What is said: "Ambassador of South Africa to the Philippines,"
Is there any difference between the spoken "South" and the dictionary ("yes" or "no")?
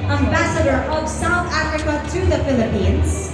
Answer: no